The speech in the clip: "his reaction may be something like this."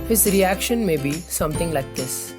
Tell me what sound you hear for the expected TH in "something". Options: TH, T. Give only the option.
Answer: T